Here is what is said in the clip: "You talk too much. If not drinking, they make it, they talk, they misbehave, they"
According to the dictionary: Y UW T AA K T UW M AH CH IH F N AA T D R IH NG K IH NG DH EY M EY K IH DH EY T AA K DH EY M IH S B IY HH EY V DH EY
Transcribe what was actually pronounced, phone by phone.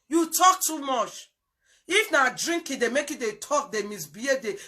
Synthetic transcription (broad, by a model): Y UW T AA K T UW M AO CH IH F N AA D R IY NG K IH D EY M EY K IH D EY T AA K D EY M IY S B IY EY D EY